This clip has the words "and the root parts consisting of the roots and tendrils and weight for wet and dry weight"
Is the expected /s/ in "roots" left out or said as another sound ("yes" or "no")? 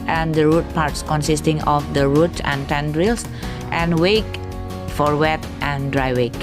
yes